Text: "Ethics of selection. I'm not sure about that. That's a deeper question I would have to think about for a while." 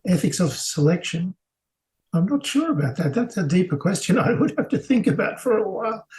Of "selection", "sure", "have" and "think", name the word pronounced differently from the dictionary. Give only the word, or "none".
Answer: have